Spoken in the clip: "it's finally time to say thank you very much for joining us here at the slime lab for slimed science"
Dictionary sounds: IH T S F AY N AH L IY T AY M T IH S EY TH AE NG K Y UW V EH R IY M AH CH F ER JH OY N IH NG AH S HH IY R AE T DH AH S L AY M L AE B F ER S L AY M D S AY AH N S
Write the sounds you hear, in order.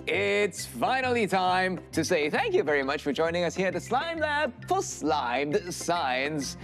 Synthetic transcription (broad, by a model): IH T S F AY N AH L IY T AY M T IH S EY TH AE NG K Y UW V EH R IY M AH CH F ER JH OY N IH NG AH S HH IY R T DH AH S L AY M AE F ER S L AY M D S AY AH N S